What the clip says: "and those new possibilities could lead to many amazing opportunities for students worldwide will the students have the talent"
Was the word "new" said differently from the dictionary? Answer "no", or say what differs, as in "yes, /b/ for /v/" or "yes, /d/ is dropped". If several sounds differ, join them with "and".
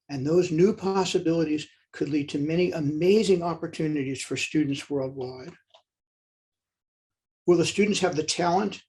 no